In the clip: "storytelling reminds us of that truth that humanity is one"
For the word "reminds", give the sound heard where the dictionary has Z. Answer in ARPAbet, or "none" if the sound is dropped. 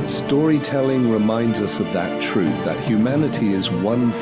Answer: Z